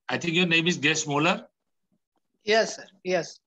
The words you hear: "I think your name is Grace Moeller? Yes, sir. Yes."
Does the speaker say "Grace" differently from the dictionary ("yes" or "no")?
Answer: yes